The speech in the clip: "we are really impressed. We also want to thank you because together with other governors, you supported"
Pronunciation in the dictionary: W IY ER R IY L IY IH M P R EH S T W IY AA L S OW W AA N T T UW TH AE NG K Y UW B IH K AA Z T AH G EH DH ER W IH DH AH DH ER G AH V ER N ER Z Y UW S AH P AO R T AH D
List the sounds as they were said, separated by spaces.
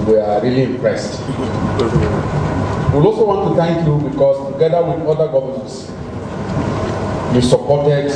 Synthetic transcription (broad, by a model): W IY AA R IY L IY IH M P R EH S T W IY AA L S OW W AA N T T UW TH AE NG K Y UW B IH K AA S T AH G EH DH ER W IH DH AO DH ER G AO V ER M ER S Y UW S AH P AO T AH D